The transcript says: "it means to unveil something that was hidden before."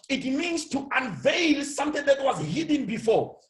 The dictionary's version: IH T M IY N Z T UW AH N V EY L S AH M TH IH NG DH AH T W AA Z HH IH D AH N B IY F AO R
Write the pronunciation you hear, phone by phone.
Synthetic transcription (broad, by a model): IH T M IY N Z T UW AH N V EY L S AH M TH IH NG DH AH T W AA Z HH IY D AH N B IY F AO